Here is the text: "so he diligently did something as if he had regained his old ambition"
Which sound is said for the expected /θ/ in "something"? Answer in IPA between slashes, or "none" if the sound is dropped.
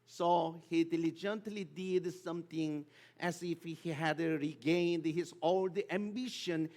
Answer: /t/